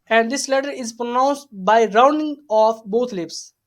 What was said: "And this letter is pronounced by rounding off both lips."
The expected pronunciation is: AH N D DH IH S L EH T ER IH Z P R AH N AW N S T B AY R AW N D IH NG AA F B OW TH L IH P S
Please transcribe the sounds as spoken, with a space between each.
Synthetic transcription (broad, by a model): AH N D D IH S L EH T ER IH Z P R AH N AW N S T B AY R AW N D IH NG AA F B OW T L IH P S